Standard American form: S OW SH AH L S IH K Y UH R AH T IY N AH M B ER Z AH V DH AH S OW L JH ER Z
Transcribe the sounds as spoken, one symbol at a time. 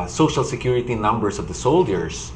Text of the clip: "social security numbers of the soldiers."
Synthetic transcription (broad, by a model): S OW SH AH L S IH K Y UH R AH T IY N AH M B ER S AH V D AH S OW L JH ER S